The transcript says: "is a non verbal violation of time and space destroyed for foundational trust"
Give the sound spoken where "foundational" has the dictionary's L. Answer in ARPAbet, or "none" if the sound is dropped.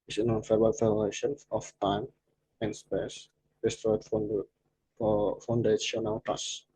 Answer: W